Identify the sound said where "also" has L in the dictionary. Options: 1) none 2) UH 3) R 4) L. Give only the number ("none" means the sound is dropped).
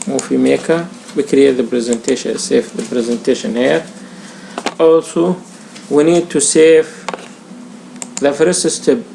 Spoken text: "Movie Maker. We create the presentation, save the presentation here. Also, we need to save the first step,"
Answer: 4